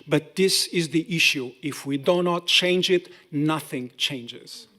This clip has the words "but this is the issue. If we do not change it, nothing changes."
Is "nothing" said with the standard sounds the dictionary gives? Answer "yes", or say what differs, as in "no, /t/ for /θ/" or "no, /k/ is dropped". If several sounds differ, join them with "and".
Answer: yes